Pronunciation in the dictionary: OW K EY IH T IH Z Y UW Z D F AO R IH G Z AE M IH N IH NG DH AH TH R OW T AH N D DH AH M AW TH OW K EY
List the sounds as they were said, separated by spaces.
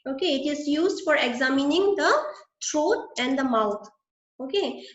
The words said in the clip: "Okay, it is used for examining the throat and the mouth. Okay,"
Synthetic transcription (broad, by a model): OW K EY IH T IH Z Y UW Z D F AO R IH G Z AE M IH N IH NG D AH T R OW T AH N D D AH M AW T OW K EY